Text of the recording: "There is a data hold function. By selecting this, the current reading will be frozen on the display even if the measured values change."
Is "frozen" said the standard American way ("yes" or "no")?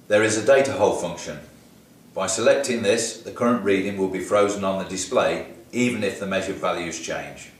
yes